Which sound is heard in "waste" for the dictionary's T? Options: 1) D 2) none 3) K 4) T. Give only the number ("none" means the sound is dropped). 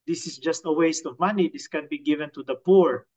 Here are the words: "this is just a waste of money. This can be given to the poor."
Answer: 4